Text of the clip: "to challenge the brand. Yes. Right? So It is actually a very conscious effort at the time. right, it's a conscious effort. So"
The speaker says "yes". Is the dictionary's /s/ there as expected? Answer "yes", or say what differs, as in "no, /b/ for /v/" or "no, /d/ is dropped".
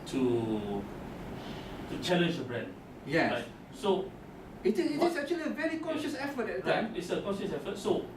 no, /s/ is dropped